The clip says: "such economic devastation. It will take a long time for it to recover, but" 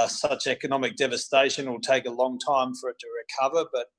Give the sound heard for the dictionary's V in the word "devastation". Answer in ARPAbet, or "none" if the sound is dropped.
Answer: V